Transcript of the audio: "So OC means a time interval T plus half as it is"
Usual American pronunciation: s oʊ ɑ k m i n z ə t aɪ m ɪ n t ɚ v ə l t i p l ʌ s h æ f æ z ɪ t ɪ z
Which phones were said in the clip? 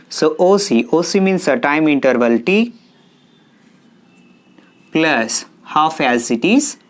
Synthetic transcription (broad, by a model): s oʊ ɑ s m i n s ə t aɪ m ɪ n t ɚ v ə l t i p l ʌ s h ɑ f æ s ɪ t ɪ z